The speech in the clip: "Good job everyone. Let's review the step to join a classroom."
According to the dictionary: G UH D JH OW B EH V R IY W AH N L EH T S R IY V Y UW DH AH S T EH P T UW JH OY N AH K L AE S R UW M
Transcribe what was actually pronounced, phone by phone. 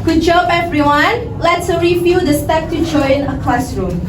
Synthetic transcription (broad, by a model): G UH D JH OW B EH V R IY W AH N L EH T S R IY F Y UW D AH S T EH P T UW JH OY N AH K L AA S R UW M